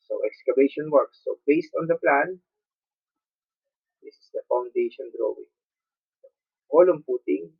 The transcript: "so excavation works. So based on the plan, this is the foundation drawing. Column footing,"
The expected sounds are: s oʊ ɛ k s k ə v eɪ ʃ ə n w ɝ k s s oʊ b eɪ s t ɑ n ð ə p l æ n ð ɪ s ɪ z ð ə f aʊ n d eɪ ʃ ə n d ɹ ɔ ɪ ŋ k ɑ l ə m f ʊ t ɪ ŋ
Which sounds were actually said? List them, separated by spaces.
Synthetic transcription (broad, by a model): s oʊ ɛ k s k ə b eɪ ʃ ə n w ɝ k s s oʊ b eɪ s t ɑ n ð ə p l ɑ n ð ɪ s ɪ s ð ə f aʊ n d eɪ ʃ ə n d ɹ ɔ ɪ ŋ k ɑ l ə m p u t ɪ ŋ